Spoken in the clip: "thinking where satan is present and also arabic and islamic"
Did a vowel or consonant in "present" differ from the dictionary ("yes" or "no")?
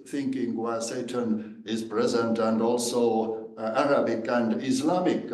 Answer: no